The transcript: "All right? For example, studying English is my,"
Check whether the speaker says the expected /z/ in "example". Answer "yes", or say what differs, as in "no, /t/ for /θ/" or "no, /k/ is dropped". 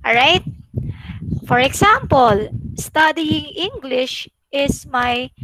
no, /s/ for /z/